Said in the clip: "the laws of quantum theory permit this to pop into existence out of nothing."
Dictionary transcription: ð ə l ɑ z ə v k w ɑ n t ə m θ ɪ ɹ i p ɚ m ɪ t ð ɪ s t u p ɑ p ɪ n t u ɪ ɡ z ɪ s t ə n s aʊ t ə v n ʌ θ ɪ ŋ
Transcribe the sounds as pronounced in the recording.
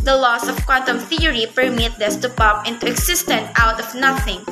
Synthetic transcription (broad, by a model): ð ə l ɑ s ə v k w ɑ n t ə m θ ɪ ɹ i p ɚ m ɪ t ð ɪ s t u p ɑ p ɪ n t u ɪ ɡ s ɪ s t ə n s aʊ t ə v n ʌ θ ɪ ŋ